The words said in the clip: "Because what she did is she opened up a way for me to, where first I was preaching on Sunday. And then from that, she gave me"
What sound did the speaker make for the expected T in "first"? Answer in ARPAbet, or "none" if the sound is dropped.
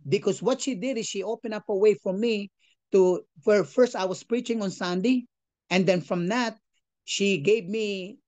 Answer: T